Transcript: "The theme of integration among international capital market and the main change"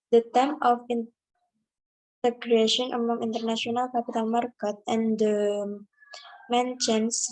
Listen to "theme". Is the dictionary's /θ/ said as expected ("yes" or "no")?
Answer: no